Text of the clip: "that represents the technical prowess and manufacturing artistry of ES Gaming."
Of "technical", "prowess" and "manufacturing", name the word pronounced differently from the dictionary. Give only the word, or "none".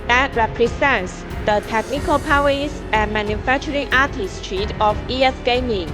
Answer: prowess